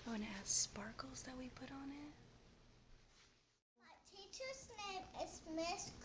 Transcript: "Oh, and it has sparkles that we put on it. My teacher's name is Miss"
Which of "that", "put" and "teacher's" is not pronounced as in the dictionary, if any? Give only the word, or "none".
teacher's